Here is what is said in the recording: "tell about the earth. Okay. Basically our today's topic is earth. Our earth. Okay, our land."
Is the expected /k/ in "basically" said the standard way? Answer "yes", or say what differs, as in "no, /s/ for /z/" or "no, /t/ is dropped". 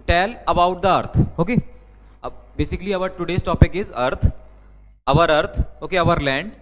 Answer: yes